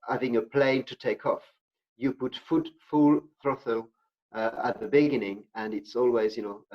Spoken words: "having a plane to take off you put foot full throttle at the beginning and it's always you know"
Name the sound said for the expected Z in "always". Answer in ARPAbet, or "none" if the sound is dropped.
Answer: Z